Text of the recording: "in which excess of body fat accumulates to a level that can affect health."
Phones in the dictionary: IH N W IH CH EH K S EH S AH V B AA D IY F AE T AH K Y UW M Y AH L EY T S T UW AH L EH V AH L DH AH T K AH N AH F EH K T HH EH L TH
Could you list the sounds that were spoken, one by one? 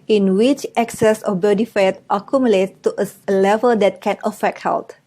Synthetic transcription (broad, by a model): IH N W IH CH EH K S EH S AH B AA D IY F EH T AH K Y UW M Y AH L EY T T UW AH L EH V AH L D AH T K AH N AH F EH K T HH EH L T